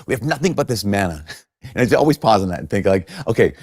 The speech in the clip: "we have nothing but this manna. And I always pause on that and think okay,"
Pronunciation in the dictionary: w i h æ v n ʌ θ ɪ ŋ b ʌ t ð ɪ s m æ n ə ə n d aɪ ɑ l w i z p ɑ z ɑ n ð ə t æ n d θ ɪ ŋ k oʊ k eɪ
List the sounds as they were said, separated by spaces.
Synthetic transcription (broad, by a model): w i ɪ v n ʌ θ ɪ ŋ b ʌ t ð ɪ s m æ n ə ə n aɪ ɑ l w i z p ɑ z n ð ə t n θ ɪ ŋ k oʊ k eɪ